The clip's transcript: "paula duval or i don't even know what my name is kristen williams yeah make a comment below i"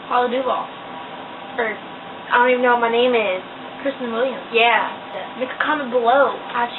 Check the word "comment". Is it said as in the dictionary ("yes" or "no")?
no